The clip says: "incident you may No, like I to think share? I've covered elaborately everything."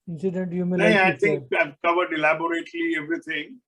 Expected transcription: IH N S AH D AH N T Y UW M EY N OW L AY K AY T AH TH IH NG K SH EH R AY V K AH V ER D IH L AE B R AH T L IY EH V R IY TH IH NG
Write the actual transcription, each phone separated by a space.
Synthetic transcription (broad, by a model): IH N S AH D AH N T Y UW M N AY AY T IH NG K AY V K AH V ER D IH L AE B R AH T L IY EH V R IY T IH NG